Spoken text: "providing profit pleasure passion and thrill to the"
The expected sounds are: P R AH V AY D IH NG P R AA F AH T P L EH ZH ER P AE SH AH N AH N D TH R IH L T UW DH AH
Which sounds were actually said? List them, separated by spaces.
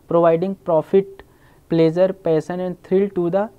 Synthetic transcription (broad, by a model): P R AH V AY D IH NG P R AA F AH T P L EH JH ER P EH S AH N AH N D T R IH L T UW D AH